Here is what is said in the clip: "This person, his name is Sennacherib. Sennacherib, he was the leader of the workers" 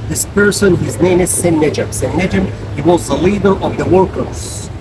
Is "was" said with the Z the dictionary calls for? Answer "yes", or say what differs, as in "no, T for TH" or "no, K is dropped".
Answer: yes